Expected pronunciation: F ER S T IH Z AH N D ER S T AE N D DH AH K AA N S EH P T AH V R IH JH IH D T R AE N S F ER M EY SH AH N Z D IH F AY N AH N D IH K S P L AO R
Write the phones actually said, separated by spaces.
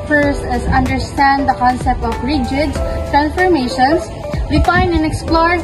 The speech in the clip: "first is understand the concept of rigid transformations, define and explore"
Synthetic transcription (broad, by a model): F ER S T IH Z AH N D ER S T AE N D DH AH K AA N S EH P T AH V R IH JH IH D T R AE N S F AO M EY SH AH N S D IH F AY N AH N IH K S P L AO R